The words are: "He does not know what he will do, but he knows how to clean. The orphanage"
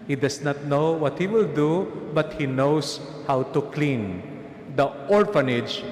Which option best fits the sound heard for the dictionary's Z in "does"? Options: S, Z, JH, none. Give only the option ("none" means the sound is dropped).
S